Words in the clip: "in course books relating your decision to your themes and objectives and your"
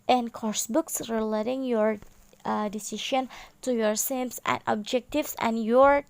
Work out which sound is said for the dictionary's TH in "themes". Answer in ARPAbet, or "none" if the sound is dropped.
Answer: S